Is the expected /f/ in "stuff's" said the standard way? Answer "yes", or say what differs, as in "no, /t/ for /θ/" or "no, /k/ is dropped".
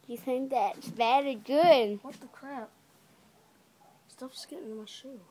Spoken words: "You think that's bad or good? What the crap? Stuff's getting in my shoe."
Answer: yes